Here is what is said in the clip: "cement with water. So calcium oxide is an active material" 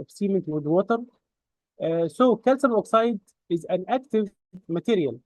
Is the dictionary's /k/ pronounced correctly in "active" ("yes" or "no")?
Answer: yes